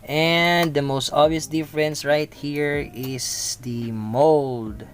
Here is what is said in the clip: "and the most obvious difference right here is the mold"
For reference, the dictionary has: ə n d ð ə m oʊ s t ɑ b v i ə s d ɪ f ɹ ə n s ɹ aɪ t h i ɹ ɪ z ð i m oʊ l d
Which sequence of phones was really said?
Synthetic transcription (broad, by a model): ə n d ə m oʊ s t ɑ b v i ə s d ɪ f ɹ ə n s ɹ aɪ t h i ɹ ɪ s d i m oʊ l d